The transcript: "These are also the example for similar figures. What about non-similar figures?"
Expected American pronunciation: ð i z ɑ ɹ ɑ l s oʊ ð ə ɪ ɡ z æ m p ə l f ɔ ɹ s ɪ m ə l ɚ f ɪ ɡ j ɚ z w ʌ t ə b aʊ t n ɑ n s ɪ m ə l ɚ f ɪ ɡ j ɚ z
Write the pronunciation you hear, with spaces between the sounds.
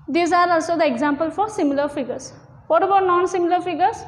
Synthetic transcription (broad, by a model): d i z ɑ ɹ ɑ l s oʊ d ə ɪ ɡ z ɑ m p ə l f ɔ ɹ s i m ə l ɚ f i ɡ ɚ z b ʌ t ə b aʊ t n ɑ n s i m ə l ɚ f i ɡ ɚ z